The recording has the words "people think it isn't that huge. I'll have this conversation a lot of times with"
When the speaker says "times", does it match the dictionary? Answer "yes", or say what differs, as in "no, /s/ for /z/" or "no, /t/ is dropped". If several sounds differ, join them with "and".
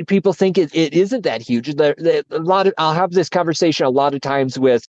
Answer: yes